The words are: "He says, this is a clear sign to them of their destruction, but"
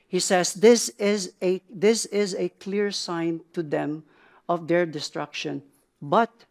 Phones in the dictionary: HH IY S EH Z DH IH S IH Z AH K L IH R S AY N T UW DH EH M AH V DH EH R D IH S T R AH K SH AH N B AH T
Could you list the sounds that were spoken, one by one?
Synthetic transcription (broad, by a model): HH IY S EH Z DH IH S IH Z AH K L IH R S AY N T UW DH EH M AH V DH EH R D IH S T R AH K SH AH N B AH T